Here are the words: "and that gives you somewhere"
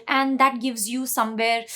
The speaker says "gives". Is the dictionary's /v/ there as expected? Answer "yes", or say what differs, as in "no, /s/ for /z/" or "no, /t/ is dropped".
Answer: yes